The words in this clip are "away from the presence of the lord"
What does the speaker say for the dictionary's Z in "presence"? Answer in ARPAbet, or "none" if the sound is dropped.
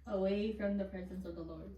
Z